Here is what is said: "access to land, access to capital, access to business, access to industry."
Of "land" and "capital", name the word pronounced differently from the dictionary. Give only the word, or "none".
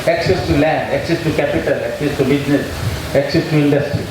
none